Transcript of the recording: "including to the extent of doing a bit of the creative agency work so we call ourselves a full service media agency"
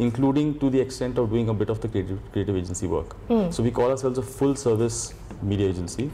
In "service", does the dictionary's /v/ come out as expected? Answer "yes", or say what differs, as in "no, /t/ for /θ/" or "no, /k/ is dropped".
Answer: yes